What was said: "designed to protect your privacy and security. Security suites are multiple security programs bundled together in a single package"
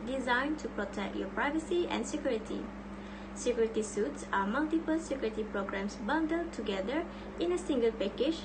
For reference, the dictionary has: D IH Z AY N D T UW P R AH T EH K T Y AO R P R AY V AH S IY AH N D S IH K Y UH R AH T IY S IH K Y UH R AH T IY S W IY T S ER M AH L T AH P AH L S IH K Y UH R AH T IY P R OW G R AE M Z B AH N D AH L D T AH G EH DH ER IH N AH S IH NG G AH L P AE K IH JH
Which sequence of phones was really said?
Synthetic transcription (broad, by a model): D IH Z AY N T UW P R AH T EH K T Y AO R P R AY V AH S IY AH N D S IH K Y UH R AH T IY S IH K Y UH R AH T IY S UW T S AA M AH L T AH P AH L S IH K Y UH R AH T IY P R OW G R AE M S B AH N D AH L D T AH G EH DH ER IH N AH S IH NG G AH L P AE K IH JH